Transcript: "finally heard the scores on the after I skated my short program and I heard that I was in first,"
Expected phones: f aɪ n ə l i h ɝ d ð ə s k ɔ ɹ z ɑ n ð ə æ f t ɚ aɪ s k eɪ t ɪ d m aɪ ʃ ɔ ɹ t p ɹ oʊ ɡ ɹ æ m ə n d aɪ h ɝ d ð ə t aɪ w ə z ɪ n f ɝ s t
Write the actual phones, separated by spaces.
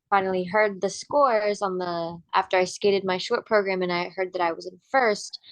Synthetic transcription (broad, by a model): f aɪ n l i h ɝ d ð ə s k ɔ ɹ z n ð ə æ f t ɚ aɪ s k eɪ t ɪ d m aɪ ʃ ɔ ɹ t p ɹ oʊ ɡ ɹ æ m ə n aɪ h ɝ d ð ə t aɪ w ə z ɪ n f ɝ s t